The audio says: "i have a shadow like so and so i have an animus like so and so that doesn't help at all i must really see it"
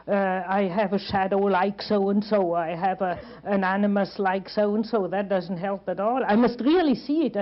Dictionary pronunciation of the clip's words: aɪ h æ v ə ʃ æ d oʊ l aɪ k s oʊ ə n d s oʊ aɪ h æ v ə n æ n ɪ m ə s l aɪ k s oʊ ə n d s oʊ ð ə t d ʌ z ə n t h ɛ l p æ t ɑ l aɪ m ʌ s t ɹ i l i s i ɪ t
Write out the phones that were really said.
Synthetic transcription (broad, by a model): aɪ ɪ v ə ʃ æ d oʊ l aɪ k s oʊ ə n s oʊ aɪ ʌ v ə n æ n ɪ m ə s l aɪ k s oʊ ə n s oʊ ð ə t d ʌ z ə n t h ɛ l p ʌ t ɑ l aɪ m ʌ s t ɹ i l i s i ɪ t